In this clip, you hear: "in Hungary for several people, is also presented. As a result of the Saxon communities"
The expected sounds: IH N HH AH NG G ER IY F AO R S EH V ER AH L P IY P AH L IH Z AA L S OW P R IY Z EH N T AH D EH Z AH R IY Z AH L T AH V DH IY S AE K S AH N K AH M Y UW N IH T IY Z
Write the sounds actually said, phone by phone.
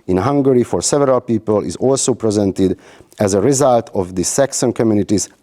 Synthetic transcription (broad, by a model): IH N HH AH NG G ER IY F AO R S EH V ER AH L P IY P AH L IH Z AA L S OW P R IY Z EH N T AH D EH Z AH R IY Z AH L T AH V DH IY S AE K S AH N K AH M Y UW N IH T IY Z